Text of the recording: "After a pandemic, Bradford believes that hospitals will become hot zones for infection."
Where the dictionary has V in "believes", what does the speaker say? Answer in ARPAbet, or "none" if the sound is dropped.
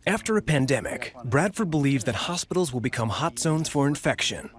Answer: V